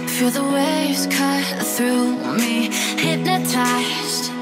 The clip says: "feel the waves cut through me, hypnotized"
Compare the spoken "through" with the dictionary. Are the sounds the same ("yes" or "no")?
yes